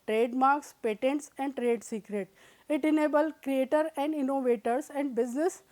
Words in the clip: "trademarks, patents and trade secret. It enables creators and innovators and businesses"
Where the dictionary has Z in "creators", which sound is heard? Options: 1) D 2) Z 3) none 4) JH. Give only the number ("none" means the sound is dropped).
3